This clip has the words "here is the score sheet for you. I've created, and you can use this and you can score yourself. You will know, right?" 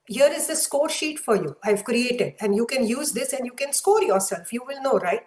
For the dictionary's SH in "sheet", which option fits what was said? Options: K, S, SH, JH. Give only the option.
SH